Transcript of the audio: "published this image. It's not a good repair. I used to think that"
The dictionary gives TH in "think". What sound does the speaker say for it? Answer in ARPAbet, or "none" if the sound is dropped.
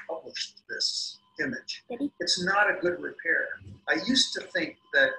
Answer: TH